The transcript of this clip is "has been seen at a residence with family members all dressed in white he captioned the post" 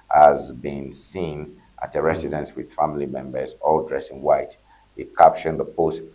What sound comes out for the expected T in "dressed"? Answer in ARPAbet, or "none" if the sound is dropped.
none